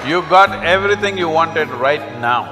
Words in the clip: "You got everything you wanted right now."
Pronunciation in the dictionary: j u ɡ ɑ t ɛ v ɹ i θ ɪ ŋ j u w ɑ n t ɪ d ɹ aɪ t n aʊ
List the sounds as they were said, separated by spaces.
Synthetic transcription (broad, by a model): j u ɡ ɑ t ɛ v ɹ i t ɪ ŋ j u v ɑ n t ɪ d ɹ aɪ t n aʊ